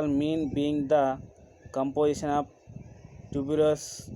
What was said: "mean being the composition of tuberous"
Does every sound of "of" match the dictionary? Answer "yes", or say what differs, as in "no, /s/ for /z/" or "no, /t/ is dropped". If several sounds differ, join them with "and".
no, /p/ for /v/